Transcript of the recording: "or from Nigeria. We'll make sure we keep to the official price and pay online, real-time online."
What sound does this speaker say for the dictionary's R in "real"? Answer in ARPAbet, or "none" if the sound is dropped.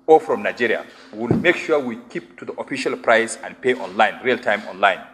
R